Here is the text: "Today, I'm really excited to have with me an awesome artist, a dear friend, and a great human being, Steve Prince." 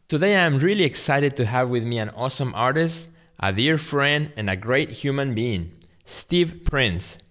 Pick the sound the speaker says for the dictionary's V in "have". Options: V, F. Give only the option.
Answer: V